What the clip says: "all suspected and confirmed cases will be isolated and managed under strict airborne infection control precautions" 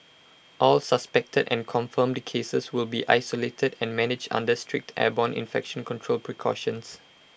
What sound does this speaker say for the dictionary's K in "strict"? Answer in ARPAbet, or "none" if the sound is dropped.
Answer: K